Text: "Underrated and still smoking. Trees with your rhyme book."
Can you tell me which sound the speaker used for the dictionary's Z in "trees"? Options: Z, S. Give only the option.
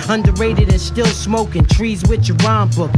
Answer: Z